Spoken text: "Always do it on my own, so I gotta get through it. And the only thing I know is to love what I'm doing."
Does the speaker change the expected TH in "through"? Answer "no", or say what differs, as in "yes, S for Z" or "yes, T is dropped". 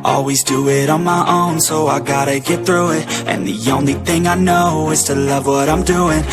no